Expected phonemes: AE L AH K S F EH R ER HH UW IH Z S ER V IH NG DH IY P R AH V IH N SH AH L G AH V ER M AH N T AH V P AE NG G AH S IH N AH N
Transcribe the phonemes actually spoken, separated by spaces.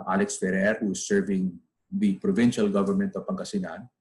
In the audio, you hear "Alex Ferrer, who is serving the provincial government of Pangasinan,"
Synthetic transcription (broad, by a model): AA L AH K S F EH R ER HH UW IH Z S ER V IH NG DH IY P R AH V IH N SH AH L G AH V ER M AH N T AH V P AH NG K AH S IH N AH N